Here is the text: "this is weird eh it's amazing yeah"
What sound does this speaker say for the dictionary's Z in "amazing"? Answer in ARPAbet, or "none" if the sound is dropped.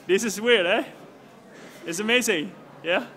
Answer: Z